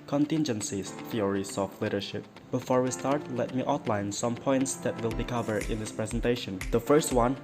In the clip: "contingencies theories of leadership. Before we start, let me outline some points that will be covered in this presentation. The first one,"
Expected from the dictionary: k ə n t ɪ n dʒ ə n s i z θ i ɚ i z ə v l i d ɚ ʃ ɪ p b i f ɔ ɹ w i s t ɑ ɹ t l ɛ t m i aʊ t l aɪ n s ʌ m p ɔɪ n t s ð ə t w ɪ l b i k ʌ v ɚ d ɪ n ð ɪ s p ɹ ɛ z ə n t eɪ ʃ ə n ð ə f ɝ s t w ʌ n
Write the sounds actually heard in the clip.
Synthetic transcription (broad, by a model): k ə n t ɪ n dʒ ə n s i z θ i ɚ i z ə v l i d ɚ ʃ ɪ p b i f ɔ ɹ w i s t ɑ ɹ t l ɛ t m i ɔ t l aɪ n s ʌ m p ɔɪ n t s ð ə t w ɪ l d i k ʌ v ɚ ɪ n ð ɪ s p ɹ ɛ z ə n t eɪ ʃ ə n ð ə f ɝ s t w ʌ n